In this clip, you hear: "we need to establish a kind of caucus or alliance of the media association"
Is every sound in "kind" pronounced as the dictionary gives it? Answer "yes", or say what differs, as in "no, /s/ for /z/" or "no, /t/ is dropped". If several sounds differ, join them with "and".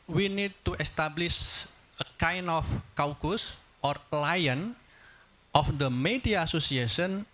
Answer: no, /d/ is dropped